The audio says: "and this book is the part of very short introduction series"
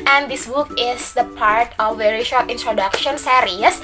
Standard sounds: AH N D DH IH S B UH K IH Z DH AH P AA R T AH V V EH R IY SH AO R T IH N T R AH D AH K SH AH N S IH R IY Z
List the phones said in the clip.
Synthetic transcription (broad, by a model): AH N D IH S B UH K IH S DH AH P AA R T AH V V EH R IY SH AO R T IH N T R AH D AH K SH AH N S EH R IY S